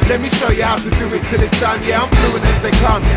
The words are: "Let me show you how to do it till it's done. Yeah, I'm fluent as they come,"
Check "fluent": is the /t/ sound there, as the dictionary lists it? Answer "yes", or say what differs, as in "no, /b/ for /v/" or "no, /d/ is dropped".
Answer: no, /t/ is dropped